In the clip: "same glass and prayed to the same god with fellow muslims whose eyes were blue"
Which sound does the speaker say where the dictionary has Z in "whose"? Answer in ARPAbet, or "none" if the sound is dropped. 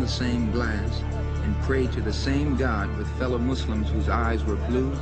Z